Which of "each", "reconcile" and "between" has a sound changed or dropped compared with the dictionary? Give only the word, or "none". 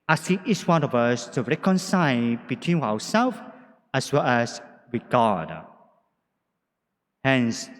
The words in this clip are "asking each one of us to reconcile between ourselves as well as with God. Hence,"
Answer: each